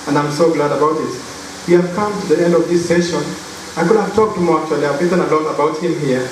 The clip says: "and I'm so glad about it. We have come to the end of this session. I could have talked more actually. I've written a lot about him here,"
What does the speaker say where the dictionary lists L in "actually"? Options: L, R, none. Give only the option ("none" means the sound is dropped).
none